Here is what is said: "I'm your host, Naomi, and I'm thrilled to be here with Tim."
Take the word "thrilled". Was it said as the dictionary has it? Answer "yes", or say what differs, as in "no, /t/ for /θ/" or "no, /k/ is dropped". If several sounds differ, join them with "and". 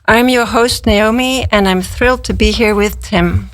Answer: yes